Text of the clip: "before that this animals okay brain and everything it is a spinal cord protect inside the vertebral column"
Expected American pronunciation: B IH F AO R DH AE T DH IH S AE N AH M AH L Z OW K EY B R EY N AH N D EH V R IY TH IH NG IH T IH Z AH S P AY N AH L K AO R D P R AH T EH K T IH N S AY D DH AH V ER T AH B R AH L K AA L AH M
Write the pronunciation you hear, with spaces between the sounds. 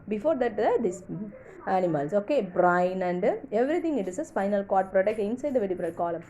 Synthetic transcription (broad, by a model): B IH F AO R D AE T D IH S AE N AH M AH L S OW K EY B R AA N AH N D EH V R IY T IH NG IH T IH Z AH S F AY N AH L K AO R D P R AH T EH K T IH N S AY D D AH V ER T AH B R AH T K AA L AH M